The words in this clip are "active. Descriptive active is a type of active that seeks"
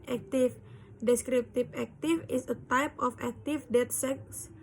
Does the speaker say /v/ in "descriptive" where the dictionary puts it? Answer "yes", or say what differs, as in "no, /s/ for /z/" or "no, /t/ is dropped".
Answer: no, /p/ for /v/